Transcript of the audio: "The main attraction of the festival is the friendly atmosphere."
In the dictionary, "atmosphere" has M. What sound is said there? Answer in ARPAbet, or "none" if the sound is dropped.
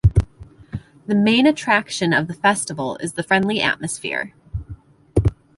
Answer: M